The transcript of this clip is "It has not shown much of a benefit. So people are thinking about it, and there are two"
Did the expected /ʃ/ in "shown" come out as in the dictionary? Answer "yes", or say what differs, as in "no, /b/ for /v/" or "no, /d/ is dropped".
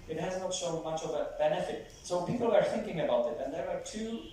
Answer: no, /s/ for /ʃ/